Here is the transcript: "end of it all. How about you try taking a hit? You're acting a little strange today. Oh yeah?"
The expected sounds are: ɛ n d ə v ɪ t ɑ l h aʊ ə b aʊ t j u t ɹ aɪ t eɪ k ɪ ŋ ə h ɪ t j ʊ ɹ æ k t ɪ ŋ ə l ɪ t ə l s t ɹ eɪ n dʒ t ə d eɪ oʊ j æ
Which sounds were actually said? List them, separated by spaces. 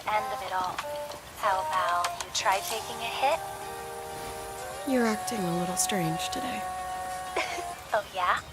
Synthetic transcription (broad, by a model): ɛ n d ə v ɪ t ɑ l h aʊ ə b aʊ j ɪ t ɹ aɪ t eɪ k ɪ ŋ ə h ɪ t j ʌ ɹ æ k t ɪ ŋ ə l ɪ t l s t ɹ eɪ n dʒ t ə d eɪ oʊ j æ